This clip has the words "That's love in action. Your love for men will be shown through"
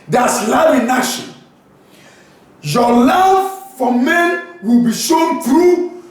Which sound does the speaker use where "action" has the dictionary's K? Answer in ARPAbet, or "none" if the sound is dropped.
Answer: none